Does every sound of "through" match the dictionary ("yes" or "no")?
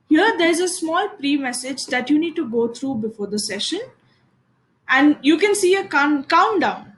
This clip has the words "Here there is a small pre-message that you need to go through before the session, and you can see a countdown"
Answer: no